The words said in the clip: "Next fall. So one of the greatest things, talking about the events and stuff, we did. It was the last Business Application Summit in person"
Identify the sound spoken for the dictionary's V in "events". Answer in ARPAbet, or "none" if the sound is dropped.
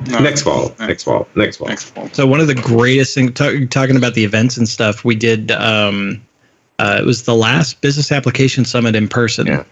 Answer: V